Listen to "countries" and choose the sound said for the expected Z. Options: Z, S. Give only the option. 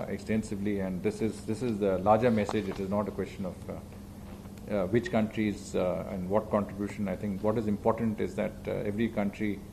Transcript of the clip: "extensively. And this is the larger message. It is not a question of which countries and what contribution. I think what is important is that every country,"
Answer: Z